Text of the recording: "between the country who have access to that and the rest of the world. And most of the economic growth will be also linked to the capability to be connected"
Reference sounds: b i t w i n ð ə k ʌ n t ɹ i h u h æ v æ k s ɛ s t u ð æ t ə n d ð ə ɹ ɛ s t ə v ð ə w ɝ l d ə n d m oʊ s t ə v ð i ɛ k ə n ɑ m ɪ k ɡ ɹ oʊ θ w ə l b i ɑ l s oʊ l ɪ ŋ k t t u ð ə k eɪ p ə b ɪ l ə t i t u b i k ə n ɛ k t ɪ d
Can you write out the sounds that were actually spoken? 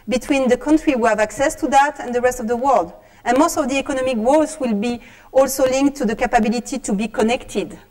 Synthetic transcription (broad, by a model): b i t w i n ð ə k ʌ n t ɹ i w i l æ v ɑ k s ɛ s t u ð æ t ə n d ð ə ɹ ɛ s t ə v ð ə w ɝ l d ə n m oʊ s t ə v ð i ɛ k ə n ɑ m ɪ k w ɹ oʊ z w ə l b i ɑ l s oʊ l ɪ ŋ k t t u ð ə k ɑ p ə b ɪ l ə t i t u b i k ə n ɛ k t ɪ d